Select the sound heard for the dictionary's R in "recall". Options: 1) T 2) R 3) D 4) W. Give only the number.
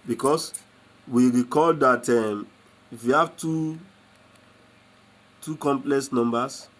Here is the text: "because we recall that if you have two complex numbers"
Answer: 2